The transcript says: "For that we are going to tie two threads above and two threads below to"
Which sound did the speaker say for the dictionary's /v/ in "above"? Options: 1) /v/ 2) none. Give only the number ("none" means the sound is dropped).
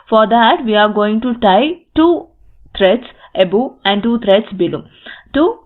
2